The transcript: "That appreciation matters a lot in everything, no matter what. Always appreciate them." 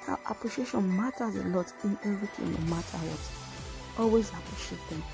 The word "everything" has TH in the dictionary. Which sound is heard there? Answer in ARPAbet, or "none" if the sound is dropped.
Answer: T